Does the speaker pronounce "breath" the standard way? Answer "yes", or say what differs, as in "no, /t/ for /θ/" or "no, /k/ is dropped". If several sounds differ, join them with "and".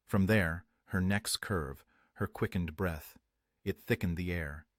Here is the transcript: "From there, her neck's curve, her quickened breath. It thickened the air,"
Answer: yes